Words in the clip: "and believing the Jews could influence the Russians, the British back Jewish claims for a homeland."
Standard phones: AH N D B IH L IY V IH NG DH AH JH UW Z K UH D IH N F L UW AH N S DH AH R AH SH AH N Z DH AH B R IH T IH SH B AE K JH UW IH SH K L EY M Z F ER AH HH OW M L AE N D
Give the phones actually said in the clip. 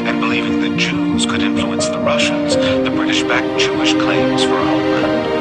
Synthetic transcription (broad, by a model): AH N B IH L IY V IH NG DH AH JH UW Z K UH D IH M F L UW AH N S DH AH R AH SH AH N Z DH AH B R IH T IH SH B AE K CH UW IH SH K L EY M Z F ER AH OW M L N